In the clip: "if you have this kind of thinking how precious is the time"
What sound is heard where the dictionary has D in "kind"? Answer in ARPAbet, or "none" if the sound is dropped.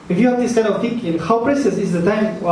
none